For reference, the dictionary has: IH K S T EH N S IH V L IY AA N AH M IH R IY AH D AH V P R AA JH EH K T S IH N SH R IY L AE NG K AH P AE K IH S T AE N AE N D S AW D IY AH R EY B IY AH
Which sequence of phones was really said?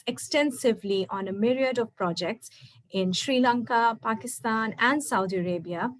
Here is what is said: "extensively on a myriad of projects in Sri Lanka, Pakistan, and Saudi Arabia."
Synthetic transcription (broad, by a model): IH K S T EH N S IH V L IY AA N AH M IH R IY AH D AH V P R AA JH EH K T S IH N SH R IY L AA NG K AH P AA K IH S T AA N AE N D S AW D IY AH R EY B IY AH